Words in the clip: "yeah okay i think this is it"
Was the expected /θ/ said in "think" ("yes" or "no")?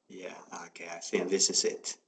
no